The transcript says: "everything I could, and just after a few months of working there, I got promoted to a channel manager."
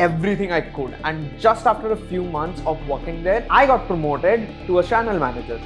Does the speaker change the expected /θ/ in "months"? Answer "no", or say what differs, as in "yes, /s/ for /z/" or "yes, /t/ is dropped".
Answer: yes, /t/ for /θ/